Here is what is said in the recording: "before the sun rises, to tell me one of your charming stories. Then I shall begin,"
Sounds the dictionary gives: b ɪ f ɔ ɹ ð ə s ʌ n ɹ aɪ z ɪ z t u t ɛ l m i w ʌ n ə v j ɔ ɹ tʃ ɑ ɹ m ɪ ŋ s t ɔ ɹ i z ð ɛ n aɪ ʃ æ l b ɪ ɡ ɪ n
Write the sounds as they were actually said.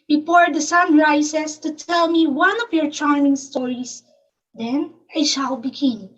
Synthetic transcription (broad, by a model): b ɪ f ɔ ɹ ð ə s ʌ n ɹ aɪ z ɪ s t u t ɛ l m i w ʌ n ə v j ɔ ɹ tʃ ɑ ɹ m ɪ ŋ s t ɔ ɹ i s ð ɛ n aɪ ʃ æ l b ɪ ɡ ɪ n